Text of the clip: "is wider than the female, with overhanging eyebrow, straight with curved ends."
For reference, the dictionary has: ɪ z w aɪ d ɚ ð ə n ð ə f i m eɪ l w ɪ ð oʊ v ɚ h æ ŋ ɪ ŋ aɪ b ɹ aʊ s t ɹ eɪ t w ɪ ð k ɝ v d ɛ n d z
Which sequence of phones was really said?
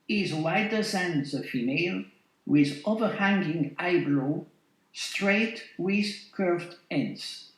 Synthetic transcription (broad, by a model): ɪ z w aɪ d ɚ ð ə n ð ə f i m eɪ l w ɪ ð oʊ v ɚ h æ ŋ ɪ ŋ aɪ b l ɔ s t ɹ eɪ t w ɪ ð k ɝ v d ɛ n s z